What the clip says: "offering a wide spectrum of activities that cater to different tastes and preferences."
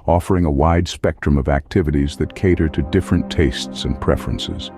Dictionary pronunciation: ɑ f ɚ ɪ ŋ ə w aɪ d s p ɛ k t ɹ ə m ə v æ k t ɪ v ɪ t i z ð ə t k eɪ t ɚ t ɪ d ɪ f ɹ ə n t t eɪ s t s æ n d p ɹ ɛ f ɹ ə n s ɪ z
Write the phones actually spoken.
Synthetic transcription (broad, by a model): ɑ f ɚ ɪ ŋ ə w aɪ d s p ɛ k t ɹ ə m ə v æ k t ɪ v ɪ t i z ð ə t k eɪ t ɚ t ɪ d ɪ f ɹ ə n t t eɪ s t s n p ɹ ɛ f ɹ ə n s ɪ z